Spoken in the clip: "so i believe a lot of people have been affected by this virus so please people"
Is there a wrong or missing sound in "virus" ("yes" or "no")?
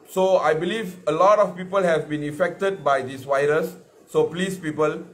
yes